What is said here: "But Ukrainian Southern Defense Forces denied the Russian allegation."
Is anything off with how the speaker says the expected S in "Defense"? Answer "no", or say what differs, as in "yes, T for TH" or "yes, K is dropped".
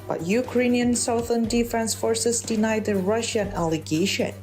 no